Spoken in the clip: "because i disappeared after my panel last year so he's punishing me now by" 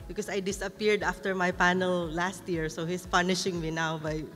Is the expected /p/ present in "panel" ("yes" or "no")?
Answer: yes